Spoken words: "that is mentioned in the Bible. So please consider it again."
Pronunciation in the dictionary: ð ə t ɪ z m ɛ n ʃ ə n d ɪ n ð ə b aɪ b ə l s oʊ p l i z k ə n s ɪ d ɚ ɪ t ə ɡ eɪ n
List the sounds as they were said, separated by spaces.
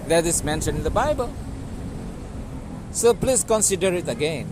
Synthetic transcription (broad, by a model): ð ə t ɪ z m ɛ n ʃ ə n ɪ n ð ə b aɪ b ə l s oʊ p l i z k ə n s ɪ d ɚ ɪ t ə ɡ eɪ n